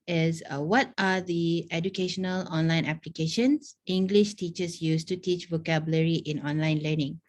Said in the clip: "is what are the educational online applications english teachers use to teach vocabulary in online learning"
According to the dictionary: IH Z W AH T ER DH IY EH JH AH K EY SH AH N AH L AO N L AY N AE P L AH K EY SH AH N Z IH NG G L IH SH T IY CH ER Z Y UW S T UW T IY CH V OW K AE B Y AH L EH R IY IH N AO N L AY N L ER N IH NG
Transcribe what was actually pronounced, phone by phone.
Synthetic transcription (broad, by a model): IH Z W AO T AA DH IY EH JH AH K EY SH AH N AH L AO N L AY N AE P L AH K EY SH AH N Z IH NG G L IH SH T IY CH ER S Y UW S T UW T IY CH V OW K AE B Y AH L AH R IY IH N AO N L AY N L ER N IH NG